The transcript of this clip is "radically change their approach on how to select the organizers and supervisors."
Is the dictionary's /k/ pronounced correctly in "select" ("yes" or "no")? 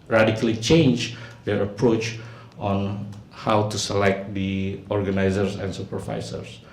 yes